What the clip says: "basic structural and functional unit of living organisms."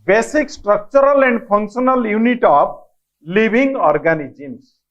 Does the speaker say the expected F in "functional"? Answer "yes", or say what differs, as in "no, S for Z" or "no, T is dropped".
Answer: no, P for F